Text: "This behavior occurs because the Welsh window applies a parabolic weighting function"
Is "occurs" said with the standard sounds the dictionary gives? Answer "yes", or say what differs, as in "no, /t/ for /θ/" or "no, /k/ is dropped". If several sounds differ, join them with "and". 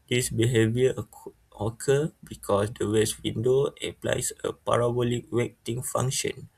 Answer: no, /z/ is dropped